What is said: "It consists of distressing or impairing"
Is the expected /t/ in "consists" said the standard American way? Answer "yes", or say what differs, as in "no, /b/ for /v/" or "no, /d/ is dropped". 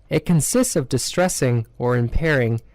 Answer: yes